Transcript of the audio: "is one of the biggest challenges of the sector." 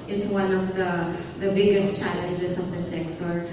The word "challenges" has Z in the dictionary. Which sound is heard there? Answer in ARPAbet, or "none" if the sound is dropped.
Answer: S